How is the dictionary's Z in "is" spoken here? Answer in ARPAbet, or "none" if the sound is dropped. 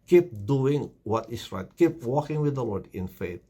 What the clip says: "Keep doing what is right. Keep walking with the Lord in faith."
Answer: S